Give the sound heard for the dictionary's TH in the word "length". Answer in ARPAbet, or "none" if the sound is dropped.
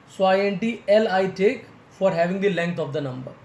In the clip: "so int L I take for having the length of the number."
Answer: T